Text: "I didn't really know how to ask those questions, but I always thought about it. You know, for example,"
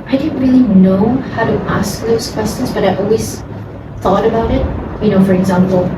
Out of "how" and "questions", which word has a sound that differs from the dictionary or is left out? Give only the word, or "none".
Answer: none